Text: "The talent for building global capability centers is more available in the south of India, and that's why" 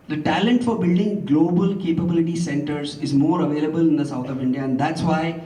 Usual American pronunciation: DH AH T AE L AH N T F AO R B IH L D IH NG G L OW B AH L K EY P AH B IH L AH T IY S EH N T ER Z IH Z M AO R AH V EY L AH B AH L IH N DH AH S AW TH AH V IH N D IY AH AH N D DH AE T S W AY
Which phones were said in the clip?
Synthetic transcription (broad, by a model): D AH T AE L AH N T F AO R B IH L D IH NG G L OW B AH L K EY P AH B IH L AH T IY S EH N T ER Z IH Z M AO R AH V EY L AH B AH L IH N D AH S AW T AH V IH N D IY AH AH N D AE T S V AY